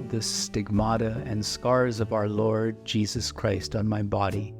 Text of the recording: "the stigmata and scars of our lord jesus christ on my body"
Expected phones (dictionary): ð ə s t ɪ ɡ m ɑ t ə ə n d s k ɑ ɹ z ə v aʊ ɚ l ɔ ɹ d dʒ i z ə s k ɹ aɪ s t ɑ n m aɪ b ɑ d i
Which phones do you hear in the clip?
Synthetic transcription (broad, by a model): ð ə s t ɪ ɡ m ɑ t ə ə n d s k ɑ ɹ z ə v aʊ ɚ l ɔ ɹ d dʒ i z ə s k ɹ aɪ s t n m aɪ b ɑ d i